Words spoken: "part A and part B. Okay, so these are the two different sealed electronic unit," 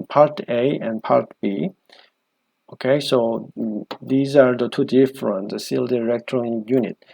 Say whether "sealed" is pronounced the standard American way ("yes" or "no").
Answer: yes